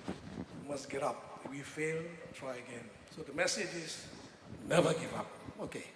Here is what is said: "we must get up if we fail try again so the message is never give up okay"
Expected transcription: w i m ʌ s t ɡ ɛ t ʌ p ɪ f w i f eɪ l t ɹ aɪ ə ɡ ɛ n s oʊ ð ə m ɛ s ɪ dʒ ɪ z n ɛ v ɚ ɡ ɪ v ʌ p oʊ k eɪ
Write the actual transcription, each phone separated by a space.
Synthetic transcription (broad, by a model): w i m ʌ s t ɡ ɛ t ʌ p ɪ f w i f eɪ l t ɹ aɪ ə ɡ ɛ n s oʊ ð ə m ɛ s ɪ dʒ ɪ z n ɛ v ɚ ɡ ɪ v ʌ p oʊ k eɪ